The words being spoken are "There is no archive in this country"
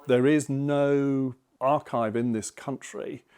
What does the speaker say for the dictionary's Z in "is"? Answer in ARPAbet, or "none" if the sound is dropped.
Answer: Z